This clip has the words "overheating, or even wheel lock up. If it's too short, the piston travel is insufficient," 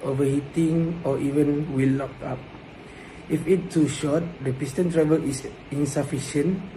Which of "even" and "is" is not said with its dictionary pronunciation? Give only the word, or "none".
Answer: is